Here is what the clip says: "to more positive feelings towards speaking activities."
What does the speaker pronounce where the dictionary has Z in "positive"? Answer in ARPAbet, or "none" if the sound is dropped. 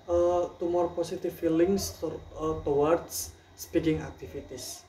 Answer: S